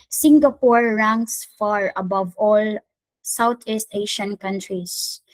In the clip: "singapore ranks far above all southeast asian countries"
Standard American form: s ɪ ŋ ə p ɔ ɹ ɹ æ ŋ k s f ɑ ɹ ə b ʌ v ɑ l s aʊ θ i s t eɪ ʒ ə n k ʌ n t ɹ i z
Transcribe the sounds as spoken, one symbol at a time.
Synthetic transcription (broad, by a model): s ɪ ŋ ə p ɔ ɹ ɹ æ ŋ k s f ɑ ɹ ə b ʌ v ɑ l s aʊ t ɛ s t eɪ ʃ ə n k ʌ n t ɹ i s